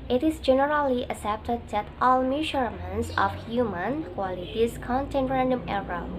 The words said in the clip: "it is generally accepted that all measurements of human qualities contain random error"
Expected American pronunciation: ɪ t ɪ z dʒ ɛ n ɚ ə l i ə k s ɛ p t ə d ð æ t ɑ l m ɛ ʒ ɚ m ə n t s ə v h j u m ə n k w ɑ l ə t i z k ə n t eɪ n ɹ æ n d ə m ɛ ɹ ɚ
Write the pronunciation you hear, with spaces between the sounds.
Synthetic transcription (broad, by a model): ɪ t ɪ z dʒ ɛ n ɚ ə l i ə s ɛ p t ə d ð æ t ɑ l m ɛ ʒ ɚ m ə n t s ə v h j u m ə n k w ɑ l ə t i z k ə n t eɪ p ɹ æ n d ə m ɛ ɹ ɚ